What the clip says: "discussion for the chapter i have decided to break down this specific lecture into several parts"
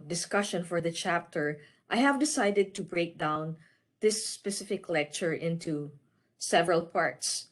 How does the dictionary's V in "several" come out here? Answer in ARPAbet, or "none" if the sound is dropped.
V